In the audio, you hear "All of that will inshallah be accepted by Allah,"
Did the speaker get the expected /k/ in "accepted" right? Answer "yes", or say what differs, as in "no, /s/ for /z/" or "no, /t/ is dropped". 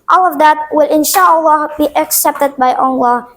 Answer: yes